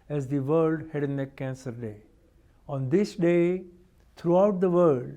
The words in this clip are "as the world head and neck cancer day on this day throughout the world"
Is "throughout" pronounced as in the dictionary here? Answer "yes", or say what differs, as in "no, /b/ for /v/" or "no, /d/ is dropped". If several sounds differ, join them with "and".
no, /t/ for /θ/